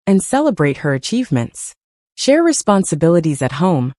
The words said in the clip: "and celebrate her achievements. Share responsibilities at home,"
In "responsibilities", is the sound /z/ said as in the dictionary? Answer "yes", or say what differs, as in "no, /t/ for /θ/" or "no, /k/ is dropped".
yes